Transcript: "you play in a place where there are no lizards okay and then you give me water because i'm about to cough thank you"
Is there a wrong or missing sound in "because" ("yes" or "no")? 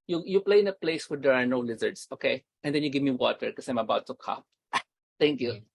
yes